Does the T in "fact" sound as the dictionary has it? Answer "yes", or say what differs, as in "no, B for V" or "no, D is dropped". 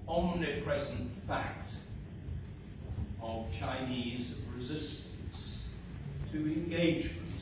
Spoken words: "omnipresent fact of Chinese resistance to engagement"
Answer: yes